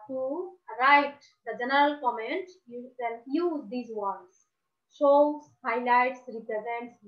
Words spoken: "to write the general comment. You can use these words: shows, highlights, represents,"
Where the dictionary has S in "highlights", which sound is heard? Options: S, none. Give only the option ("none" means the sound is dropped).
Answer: S